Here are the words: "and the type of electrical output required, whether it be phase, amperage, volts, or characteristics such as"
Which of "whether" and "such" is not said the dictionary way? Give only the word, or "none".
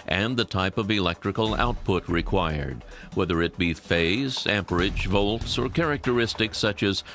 none